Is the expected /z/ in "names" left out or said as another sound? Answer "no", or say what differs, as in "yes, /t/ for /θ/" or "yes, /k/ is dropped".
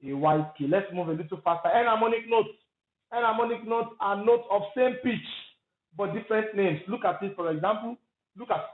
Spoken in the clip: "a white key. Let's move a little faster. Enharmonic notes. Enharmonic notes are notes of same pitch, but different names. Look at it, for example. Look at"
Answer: yes, /s/ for /z/